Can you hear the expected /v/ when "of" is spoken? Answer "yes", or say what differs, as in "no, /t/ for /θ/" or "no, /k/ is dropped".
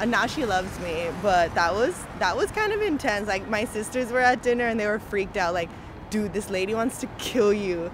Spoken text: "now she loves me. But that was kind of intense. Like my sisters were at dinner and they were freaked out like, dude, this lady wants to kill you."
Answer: yes